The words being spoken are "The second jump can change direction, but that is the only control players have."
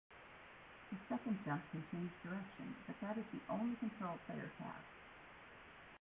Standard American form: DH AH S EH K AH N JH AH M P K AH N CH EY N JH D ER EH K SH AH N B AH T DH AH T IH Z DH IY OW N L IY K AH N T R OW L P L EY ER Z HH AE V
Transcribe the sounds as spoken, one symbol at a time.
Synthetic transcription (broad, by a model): DH AH S EH K AH N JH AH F K AH N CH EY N Z D ER EH K SH AH N B AH T DH AH T IH Z DH IY OW N L IY K AH N T R OW L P EY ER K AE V